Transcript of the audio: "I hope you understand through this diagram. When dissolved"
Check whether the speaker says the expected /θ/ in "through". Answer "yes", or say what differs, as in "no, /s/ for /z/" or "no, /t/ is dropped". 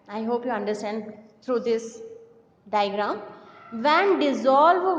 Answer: no, /t/ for /θ/